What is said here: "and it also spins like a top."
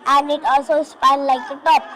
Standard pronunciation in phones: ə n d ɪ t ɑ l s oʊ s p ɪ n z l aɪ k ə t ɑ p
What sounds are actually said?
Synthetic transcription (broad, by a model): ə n ɪ t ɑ s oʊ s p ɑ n l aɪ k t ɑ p